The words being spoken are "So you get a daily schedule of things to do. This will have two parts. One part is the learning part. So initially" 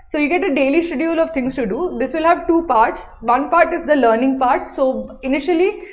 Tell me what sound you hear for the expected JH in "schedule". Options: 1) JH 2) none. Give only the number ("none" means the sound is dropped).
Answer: 2